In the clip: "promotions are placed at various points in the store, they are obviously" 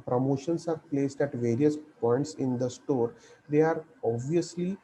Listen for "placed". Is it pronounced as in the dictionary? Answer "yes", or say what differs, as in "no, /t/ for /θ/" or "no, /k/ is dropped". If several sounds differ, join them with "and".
yes